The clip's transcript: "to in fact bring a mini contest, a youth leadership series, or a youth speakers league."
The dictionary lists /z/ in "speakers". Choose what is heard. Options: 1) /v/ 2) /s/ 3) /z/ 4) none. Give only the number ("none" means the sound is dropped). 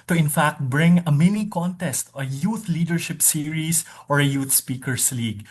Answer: 2